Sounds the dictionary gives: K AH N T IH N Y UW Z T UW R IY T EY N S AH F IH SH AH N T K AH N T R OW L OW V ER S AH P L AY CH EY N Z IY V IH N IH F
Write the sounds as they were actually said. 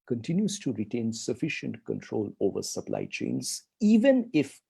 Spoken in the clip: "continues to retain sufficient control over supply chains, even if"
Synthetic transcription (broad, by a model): K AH N T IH N Y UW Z T UW R IY T EY N S AH F IH SH AH N T K AH N T R OW L OW V ER S AH P L AY CH EY N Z IY V IH N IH F